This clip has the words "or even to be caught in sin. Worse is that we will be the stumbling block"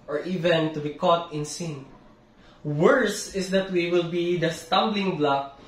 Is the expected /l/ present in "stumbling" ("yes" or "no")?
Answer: yes